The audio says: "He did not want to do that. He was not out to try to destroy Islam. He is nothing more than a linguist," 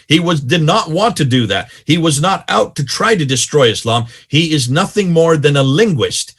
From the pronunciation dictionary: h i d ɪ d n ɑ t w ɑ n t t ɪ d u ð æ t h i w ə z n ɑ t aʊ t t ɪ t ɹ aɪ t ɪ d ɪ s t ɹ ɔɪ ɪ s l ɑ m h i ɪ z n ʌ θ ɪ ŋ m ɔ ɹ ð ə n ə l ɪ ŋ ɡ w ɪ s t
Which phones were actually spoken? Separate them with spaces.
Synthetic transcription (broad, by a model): h i d ɪ d n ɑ t w ɑ n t t ɪ d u ð æ t h i w ə z n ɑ t aʊ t t ɪ t ɹ aɪ t ɪ d ɪ s t ɹ ɔɪ ɪ s l ɑ m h i ɪ z n ʌ θ ɪ ŋ m ɔ ɹ ð ə n ə l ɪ ŋ ɡ w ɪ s t